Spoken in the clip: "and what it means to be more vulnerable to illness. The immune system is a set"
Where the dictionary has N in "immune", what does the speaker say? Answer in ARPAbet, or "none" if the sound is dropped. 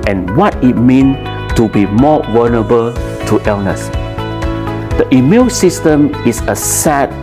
L